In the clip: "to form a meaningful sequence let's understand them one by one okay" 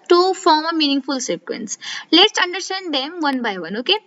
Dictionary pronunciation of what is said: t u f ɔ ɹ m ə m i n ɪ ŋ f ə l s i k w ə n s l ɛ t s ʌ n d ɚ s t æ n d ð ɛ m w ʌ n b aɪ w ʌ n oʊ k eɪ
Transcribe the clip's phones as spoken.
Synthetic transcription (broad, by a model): t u f ɔ ɹ m ə m i n ɪ ŋ f ə l s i k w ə n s l ɛ t s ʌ n d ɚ s t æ n d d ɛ m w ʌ n b aɪ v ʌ n oʊ k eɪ